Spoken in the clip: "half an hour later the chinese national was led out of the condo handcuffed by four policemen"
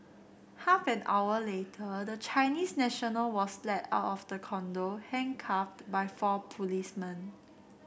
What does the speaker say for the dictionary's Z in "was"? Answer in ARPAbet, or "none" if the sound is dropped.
S